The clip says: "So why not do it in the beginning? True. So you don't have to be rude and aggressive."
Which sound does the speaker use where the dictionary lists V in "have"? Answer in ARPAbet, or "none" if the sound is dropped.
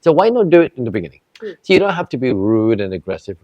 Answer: F